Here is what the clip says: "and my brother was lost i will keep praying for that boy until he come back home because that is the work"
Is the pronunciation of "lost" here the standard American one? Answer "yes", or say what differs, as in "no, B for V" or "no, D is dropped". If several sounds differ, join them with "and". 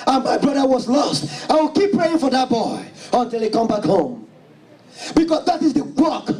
yes